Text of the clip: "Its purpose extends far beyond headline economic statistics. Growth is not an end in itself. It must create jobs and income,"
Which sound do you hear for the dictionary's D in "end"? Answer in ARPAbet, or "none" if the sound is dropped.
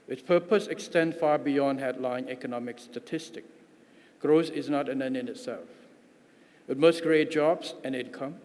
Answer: none